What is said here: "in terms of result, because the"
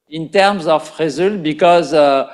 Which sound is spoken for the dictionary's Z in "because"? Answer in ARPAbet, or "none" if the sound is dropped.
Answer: Z